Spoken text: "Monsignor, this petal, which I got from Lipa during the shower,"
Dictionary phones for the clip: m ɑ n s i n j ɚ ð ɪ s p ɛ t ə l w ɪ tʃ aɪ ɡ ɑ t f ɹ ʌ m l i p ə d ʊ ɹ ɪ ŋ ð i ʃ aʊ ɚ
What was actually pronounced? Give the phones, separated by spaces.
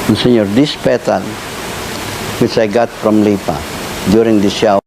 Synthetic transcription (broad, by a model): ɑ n s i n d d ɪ s p ɛ t ə l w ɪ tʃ aɪ ɡ ɑ t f ɹ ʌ m l i p ə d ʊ ɹ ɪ ŋ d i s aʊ